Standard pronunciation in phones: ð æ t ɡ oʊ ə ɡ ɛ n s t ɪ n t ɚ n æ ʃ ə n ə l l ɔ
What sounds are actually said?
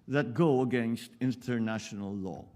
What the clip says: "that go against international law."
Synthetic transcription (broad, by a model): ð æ t ɡ oʊ ə ɡ ɛ n s t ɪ n t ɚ n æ ʃ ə n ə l l ɔ